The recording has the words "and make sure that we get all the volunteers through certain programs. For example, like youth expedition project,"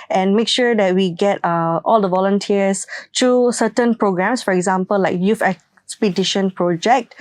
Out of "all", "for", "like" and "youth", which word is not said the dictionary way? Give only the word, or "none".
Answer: youth